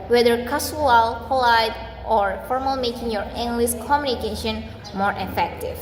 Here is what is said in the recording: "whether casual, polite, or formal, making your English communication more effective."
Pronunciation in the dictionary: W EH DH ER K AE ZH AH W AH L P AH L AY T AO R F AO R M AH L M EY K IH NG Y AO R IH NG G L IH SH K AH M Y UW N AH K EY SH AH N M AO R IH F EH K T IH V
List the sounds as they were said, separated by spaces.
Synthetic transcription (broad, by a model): W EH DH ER K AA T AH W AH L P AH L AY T AO R F AO R M AH L M EY K IH NG Y AO R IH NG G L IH S K AH M Y UW N AH K EY SH AH N M AO R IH F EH K T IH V